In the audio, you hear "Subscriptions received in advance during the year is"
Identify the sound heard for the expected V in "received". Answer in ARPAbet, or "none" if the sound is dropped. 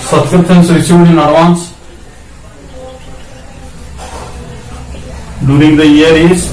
none